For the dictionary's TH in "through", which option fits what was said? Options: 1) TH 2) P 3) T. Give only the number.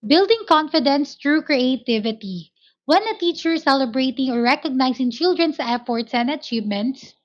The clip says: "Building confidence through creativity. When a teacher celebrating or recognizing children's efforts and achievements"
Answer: 3